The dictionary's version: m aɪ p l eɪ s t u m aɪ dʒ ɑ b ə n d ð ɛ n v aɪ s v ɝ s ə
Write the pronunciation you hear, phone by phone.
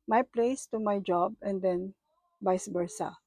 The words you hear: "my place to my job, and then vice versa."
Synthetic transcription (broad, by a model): m aɪ p l eɪ s t u m aɪ dʒ ɑ b ə n d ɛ n b aɪ s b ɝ s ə